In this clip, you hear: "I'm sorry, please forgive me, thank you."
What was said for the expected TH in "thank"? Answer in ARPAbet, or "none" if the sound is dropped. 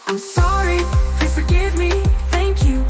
TH